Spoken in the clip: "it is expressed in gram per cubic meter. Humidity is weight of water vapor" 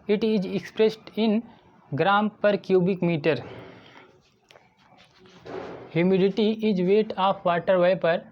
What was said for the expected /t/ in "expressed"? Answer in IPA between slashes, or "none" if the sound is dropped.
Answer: /t/